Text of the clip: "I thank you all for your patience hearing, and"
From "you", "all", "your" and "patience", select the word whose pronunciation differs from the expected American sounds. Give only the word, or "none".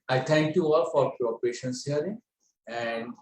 none